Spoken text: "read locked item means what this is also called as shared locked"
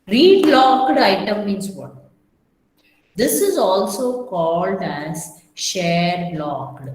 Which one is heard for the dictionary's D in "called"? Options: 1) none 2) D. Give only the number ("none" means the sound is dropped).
2